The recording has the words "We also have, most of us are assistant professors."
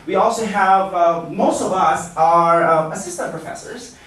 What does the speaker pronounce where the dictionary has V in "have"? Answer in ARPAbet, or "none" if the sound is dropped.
V